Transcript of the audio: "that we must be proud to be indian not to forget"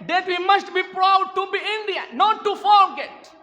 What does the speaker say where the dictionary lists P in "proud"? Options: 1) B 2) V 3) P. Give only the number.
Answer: 3